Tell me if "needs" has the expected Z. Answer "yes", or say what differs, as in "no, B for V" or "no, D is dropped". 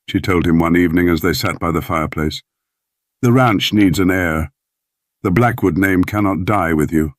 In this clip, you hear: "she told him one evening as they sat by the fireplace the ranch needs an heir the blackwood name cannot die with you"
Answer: yes